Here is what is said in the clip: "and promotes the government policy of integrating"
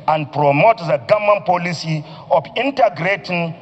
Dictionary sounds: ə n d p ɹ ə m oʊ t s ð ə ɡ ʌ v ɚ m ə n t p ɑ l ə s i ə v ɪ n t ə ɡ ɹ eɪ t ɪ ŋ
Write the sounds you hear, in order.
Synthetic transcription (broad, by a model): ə n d p ɹ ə m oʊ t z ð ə ɡ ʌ m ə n p ɑ l ə s i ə f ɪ n t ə ɡ ɹ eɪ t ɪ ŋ